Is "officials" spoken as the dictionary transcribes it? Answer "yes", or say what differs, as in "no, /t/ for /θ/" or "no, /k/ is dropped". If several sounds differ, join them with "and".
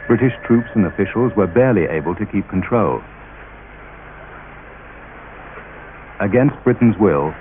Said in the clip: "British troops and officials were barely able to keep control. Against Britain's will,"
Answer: yes